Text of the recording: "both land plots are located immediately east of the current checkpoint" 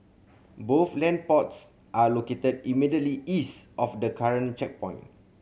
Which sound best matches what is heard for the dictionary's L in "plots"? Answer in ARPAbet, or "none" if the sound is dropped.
none